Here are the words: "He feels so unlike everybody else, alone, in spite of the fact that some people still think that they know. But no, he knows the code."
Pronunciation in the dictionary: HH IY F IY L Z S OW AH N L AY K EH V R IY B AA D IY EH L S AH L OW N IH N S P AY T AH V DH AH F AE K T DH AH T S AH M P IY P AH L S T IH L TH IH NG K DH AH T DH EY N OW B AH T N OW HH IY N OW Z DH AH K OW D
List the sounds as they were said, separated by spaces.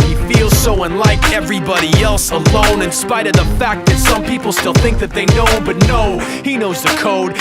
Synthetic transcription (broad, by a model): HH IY F IY L Z S OW AH N L AY K EH V R IY B AA D IY EH L S AH L OW N IH N S P AY T AH V DH AH F AE K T DH AH T S AH M P IY P L S T IH L TH IH NG K DH AH T DH EY N OW B AH T N OW HH IY N OW Z DH AH K OW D